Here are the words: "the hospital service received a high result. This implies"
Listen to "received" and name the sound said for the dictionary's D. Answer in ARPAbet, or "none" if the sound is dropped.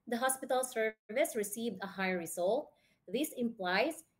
D